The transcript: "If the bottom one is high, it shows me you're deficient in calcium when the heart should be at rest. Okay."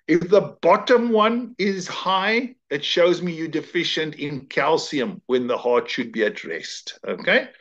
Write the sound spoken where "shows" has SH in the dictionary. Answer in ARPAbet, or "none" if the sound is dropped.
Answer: SH